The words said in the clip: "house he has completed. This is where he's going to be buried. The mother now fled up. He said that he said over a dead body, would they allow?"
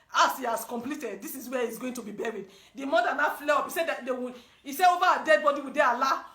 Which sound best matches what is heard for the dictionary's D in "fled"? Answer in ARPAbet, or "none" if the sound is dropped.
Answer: none